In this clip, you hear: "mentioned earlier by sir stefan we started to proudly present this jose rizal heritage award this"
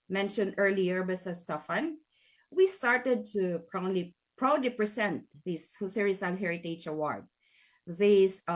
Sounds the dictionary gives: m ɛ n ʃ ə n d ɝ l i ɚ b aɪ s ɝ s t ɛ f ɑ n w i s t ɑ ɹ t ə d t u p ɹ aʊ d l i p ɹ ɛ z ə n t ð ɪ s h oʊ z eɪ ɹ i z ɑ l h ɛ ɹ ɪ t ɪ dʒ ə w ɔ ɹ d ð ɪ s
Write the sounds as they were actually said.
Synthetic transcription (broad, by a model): m ɛ n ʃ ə n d ɝ l i ɚ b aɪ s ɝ s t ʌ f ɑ n w i s t ɑ ɹ t ə d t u p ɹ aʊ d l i p ɹ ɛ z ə n t ð ɪ s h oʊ s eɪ ɹ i s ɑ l h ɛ ɹ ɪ t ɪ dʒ ə w ɔ ɹ d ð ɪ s